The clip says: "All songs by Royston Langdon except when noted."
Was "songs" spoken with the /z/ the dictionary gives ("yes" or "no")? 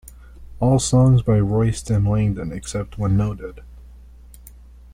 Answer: yes